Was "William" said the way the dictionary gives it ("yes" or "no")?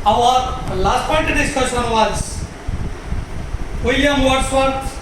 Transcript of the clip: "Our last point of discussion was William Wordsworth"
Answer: no